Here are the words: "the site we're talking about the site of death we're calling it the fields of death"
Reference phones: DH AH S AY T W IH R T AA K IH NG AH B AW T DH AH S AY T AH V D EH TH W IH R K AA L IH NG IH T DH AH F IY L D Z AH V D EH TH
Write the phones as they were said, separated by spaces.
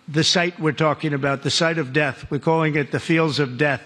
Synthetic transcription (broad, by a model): DH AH S AY T W IH R T AA K IH NG AH B AW T DH AH S AY T AH V D EH TH W IH R K AA L IH NG IH T DH AH F IY L D Z AH V D EH TH